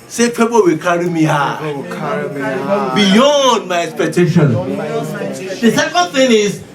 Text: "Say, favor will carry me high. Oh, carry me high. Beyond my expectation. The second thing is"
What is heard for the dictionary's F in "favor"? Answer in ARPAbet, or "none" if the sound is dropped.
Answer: P